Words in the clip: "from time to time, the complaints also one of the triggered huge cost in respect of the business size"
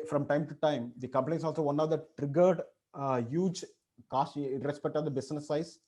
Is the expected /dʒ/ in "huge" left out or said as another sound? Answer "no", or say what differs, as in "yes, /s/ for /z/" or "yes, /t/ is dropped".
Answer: no